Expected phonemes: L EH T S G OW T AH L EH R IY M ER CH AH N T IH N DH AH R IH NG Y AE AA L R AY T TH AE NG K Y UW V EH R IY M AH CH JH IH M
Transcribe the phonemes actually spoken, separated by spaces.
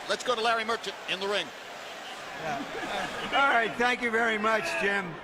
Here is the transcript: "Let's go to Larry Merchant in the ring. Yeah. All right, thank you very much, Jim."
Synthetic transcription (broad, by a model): L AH T S G OW T AH L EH R IY M ER CH AH N T IH N DH AH R IH NG Y AE AA L R AY T TH AE NG K Y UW V EH R IY M AH CH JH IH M